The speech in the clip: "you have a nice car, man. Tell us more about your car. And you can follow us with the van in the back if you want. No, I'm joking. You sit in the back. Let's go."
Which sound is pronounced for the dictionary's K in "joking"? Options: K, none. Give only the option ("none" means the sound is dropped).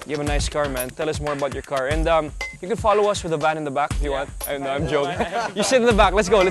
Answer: none